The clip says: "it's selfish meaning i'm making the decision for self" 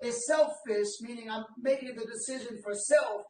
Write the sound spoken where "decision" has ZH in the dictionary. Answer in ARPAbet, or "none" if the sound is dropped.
ZH